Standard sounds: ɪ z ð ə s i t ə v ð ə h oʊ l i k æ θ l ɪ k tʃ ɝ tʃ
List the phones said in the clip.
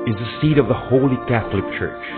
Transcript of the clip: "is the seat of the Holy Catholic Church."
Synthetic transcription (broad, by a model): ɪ z ð ə s i t ə v ð ə h oʊ l i k æ θ l ɪ k tʃ ɝ tʃ